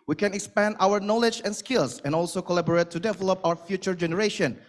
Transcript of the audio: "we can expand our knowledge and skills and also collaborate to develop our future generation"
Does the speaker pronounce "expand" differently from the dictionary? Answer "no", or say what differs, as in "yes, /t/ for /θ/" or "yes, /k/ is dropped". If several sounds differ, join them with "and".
no